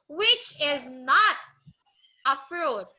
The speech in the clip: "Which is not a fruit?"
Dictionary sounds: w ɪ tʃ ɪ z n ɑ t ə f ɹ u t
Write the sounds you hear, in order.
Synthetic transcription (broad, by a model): w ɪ tʃ ɪ z n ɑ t ə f ɹ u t